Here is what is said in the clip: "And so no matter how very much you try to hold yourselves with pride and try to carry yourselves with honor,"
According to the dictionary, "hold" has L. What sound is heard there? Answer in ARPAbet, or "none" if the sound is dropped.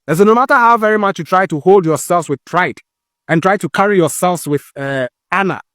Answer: L